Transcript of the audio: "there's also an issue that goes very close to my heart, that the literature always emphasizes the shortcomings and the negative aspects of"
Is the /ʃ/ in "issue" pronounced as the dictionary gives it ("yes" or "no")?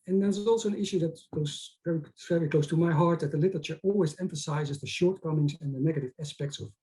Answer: yes